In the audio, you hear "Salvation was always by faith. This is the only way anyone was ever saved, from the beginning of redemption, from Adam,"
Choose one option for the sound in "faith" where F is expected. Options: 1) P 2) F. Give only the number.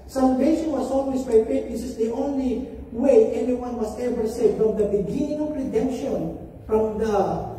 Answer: 1